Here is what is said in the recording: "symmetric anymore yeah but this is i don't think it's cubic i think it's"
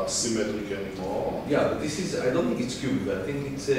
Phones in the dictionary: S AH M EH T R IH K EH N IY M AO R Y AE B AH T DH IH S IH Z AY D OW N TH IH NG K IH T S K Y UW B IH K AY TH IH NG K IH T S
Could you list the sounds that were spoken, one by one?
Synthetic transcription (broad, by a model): S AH M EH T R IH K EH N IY AO Y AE B AH T DH IH S IH Z AY D OW N TH IH NG K IH T S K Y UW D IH IH TH IH NG K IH T S